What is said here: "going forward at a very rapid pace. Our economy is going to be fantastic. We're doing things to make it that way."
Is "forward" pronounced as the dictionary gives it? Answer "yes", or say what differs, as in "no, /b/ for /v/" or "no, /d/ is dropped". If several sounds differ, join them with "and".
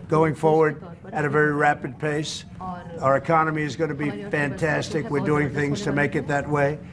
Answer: yes